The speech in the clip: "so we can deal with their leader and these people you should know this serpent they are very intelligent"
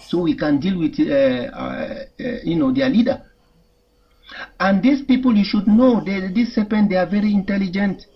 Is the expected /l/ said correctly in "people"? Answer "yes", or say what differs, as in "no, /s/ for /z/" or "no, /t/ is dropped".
yes